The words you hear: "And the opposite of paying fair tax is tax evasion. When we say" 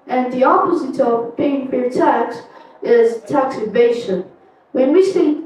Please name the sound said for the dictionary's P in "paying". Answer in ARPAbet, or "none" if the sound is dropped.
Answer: B